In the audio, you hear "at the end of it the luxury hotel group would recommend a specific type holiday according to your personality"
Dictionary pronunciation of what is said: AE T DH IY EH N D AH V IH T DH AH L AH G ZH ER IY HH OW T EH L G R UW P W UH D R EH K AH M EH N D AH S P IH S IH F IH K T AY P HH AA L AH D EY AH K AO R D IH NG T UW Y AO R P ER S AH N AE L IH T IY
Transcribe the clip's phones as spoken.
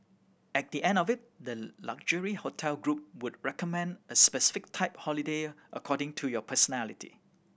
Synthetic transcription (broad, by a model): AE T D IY EH N D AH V IH T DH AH L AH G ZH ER IY HH OW T EH L G R UW P W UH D R EH K AH M EH N D AH S P IH S IH F IH K T AY P HH AA L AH D EY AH K AO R D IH NG T UW Y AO P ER S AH N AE L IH T IY